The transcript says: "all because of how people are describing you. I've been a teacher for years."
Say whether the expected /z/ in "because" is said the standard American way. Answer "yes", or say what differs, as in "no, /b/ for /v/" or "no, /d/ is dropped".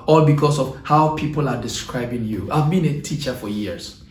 no, /s/ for /z/